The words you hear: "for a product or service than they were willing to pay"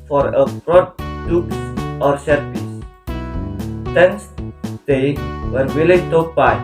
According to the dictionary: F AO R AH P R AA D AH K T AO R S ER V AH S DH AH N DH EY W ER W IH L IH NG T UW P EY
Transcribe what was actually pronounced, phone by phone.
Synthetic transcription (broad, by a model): F AO R AH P R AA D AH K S AO R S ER P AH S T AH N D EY W ER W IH L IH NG T UW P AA